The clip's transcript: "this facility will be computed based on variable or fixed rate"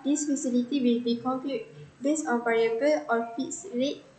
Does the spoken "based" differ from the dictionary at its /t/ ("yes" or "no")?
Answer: yes